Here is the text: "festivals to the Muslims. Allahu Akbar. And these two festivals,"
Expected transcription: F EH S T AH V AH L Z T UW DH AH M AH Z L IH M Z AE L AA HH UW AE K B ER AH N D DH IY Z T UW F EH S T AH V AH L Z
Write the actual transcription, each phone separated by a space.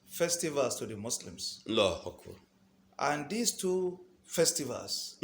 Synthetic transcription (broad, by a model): F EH S T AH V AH L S T UW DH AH M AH S L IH M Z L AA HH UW K UW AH N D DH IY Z T UW F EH S T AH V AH L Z